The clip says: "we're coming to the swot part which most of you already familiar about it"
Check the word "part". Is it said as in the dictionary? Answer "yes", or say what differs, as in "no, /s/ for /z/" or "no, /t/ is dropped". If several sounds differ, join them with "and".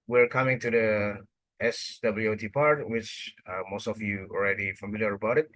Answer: yes